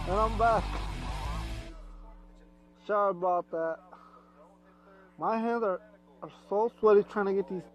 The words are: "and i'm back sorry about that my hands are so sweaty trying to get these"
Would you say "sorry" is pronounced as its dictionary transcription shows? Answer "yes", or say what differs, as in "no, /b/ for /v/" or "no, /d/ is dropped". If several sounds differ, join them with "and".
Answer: no, /ʃ/ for /s/